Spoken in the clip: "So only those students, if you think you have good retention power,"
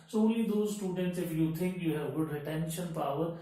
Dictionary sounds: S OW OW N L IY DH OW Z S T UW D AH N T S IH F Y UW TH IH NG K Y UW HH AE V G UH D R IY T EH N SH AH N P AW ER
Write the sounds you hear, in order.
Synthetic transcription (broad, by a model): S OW OW N L IY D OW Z S T UW D AH N T S IH F Y UW T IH NG K Y UW HH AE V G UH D R IY T EH N SH AH N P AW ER